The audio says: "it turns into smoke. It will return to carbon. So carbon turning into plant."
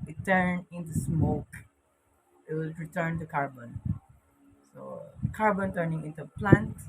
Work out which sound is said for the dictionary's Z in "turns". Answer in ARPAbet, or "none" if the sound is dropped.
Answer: none